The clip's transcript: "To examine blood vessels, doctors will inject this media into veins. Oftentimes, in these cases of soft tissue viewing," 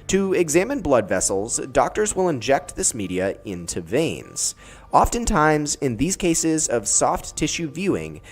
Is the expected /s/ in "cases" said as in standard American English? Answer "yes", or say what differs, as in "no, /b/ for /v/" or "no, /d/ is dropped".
yes